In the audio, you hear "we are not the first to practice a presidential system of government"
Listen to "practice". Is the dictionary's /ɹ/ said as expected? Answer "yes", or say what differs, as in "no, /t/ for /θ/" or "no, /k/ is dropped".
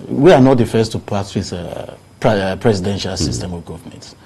no, /ɹ/ is dropped